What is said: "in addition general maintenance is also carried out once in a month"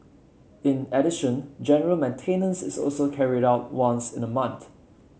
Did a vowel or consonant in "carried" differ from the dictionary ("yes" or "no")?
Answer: no